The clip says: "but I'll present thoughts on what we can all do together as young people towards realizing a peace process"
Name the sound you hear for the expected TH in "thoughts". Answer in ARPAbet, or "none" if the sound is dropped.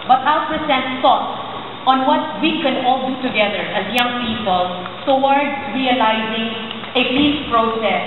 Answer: S